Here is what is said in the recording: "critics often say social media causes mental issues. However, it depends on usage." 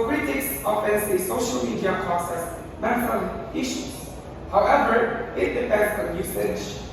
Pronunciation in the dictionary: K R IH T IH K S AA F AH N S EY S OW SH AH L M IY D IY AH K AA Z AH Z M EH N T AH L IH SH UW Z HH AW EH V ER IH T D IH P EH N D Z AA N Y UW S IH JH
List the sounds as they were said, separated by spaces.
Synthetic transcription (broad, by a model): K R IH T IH K S AA F AH N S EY S OW SH AH L M IY D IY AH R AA S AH S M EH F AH N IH SH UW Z HH AW EH V ER IH T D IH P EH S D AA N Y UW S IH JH